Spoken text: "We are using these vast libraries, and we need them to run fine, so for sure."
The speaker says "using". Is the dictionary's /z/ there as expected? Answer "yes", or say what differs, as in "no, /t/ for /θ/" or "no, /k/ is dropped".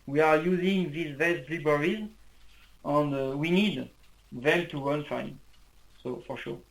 yes